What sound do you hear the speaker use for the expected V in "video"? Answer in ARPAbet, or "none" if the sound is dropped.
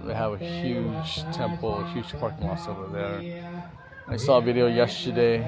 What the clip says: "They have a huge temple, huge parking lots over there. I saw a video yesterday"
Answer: V